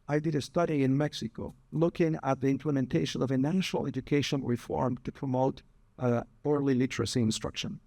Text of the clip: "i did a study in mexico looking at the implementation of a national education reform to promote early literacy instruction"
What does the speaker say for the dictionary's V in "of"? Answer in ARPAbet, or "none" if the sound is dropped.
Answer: V